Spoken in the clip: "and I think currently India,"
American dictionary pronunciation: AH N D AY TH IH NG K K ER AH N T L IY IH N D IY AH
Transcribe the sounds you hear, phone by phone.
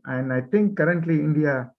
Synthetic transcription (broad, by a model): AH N D AY T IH NG K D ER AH N T L IY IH N D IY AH